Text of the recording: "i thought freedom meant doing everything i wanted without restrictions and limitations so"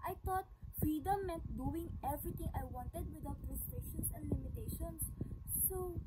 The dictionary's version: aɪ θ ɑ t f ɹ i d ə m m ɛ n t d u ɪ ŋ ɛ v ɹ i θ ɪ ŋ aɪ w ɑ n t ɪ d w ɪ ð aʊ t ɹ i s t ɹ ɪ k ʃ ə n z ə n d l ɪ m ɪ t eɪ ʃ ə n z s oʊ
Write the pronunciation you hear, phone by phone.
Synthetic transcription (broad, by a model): aɪ t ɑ t f ɹ i d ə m m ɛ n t d u ɪ ŋ ɛ v ɹ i t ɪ ŋ aɪ w ɑ n t ɪ d w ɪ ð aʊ t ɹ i s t ɹ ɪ k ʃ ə n s ə n d l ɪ m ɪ t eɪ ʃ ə n s oʊ